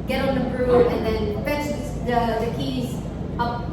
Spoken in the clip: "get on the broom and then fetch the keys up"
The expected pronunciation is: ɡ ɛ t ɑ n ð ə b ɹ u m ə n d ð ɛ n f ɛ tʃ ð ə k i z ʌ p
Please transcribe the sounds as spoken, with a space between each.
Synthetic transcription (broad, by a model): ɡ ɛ t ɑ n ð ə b ɹ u ə n ð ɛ n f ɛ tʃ ð ə k i z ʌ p